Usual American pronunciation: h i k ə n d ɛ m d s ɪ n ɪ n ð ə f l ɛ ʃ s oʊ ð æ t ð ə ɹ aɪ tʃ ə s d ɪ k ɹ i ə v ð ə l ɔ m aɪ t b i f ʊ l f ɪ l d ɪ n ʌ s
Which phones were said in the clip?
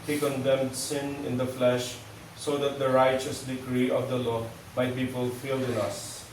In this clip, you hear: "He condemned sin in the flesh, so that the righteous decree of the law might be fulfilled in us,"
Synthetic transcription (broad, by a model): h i k ə n d ɛ m d s ɪ n ɪ n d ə f l ɛ ʃ s oʊ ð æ t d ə ɹ aɪ tʃ ə s d ɪ k ɹ i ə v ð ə l ɔ m aɪ t b i f ʊ l f ɪ l d ɪ n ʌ s